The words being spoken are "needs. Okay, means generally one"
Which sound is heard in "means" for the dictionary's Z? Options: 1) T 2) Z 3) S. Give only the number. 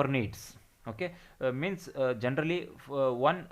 3